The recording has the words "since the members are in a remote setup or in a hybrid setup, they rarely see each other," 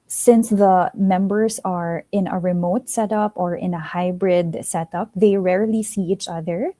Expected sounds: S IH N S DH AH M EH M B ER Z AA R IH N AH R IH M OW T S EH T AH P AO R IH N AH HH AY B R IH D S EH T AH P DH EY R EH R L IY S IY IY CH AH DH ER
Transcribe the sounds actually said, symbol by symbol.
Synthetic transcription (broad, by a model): S IH N S DH AH M EH M B ER S AA R IH N AH R IH M OW T S EH T AH P AO R IH N AH HH AY B R IH D S EH T AH P DH EY R EH R L IY S IY IY CH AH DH ER